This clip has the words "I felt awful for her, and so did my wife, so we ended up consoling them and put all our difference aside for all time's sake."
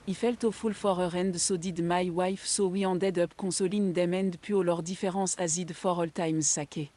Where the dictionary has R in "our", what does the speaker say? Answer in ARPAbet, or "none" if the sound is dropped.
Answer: R